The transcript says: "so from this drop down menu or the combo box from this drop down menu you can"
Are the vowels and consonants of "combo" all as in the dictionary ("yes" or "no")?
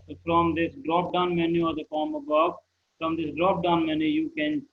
no